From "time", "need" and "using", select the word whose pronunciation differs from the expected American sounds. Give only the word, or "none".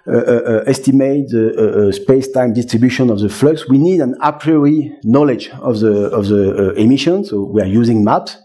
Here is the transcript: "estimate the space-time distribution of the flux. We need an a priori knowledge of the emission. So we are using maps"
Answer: none